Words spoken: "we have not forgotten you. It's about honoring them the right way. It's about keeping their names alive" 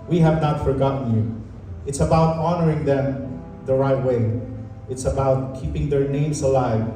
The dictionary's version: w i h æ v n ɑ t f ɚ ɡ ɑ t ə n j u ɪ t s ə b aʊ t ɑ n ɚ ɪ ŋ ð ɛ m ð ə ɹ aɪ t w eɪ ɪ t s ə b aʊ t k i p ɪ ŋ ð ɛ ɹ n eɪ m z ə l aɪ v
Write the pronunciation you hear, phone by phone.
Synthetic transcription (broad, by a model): w i h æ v n ɑ t f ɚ ɡ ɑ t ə n j u ɪ t s ə b aʊ t ɑ n ɚ ɪ ŋ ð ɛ m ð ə ɹ aɪ t w eɪ ɪ t s ə b aʊ t k i p ɪ ŋ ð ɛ ɹ n eɪ m s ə l aɪ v